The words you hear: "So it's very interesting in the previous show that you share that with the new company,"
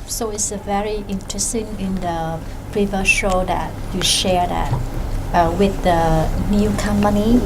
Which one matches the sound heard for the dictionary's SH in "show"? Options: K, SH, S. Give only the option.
SH